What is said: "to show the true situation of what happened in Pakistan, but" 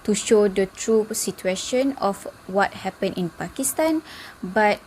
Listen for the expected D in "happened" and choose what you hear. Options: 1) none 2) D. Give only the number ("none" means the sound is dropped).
1